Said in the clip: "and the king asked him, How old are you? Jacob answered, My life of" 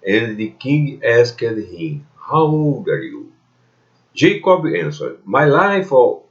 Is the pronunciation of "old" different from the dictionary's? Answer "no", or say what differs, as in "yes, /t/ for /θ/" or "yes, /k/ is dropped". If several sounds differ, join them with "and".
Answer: yes, /l/ is dropped